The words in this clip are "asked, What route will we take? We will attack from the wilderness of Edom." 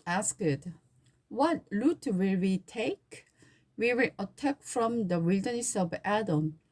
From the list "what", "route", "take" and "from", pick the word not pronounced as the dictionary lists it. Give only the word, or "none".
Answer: route